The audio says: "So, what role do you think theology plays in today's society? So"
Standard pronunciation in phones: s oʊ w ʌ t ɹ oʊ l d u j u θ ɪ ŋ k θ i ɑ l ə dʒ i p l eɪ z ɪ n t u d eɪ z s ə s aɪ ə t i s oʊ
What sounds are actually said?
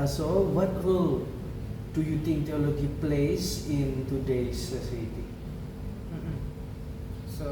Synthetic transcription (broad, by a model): s oʊ w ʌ t w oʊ l d u j u t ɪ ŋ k t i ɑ l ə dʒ i p l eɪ s ɪ n t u d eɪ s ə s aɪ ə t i s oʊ